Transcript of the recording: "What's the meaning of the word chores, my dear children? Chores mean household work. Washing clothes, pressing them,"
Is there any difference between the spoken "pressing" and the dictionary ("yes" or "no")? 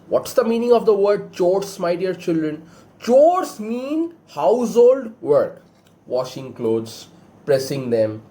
no